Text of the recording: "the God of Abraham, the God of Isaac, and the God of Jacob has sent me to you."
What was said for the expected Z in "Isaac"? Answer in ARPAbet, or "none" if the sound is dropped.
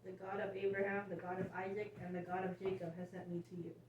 Z